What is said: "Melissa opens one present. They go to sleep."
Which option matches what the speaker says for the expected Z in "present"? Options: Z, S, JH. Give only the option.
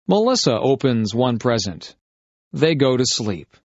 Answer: Z